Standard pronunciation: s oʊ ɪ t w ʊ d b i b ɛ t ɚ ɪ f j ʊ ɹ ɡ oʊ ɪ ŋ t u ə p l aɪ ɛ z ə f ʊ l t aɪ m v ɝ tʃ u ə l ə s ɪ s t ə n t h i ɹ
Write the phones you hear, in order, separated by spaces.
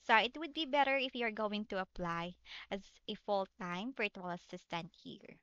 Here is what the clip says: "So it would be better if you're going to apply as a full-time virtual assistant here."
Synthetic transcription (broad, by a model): s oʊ ɪ t w ʊ d b i b ɛ t ɚ ɪ f j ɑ ɹ ɡ oʊ ɪ ŋ t u ə p l aɪ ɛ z ə f ʊ l t aɪ m f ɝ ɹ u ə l ə s ɪ s t ə n t h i ɹ